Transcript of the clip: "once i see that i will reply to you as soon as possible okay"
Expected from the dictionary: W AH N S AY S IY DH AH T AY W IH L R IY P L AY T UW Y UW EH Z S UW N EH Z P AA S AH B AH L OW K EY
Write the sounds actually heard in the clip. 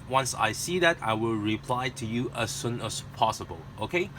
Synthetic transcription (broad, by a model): W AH N S AY S IY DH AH T AY W IH L R IY P L AY T UW Y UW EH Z S UW N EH S P AA S AH B AH L OW K EY